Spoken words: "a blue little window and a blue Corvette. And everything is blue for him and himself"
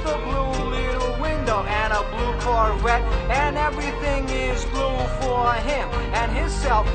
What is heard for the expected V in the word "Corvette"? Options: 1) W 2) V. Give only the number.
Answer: 1